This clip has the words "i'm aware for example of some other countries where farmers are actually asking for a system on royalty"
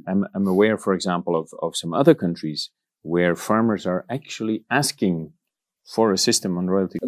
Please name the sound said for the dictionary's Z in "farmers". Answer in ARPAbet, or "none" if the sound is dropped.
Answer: Z